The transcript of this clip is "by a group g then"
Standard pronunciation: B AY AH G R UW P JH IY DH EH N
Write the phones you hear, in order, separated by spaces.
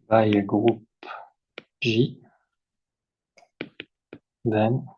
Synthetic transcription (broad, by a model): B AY AH G R UW P ZH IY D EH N